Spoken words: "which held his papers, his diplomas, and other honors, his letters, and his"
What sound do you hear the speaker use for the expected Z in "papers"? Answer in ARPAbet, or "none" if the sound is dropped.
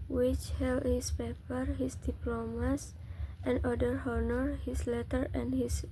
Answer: none